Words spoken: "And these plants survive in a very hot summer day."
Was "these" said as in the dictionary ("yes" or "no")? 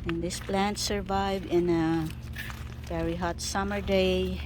no